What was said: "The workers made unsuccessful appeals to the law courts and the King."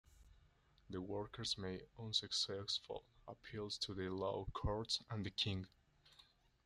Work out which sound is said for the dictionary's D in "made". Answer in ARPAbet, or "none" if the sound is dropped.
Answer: none